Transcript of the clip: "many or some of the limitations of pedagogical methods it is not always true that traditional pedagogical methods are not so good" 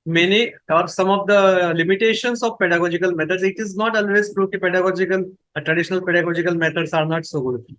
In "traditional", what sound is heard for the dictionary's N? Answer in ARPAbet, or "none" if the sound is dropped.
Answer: N